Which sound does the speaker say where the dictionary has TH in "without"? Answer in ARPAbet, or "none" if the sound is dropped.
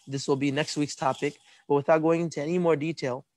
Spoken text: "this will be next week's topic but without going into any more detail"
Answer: TH